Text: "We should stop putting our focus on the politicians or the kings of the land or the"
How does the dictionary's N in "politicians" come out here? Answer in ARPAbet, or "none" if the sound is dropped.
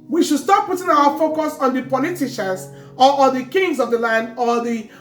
none